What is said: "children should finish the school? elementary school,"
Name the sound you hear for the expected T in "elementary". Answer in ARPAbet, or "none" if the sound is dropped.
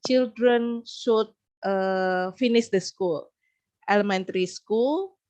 T